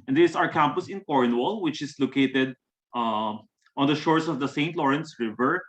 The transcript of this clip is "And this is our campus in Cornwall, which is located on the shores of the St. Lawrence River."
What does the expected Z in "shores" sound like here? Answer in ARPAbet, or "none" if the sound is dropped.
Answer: S